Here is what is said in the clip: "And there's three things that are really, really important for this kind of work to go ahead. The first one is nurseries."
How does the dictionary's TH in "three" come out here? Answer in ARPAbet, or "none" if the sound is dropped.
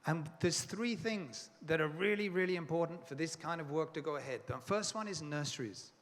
TH